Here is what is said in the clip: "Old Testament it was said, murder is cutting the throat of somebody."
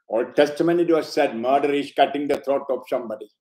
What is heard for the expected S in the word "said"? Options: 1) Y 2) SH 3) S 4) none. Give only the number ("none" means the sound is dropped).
3